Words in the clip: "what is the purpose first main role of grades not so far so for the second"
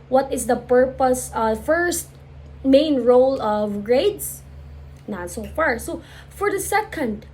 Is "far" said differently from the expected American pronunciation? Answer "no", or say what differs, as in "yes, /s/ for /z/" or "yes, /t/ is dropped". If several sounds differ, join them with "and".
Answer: no